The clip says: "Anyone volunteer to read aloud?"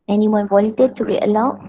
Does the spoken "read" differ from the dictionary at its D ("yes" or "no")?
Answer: yes